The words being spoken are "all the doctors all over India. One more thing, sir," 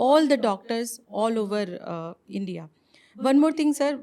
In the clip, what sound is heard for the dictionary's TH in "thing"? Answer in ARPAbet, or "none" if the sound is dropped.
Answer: T